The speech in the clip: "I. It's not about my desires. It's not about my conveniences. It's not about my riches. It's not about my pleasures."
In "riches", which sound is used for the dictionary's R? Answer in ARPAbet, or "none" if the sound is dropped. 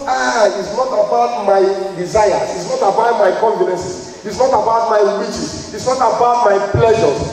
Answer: W